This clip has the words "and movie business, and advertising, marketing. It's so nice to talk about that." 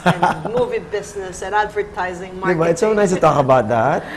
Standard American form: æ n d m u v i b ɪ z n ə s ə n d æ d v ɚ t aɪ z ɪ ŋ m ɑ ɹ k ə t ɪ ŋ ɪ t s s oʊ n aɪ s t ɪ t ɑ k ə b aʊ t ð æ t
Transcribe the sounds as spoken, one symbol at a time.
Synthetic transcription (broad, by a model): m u v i b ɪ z n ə s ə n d æ d v ɚ t aɪ z ɪ ŋ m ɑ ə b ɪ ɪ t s s oʊ n aɪ s t ɪ t ɑ k ə b aʊ t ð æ t